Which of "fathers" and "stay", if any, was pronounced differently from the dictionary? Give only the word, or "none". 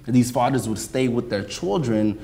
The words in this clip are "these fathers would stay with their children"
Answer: none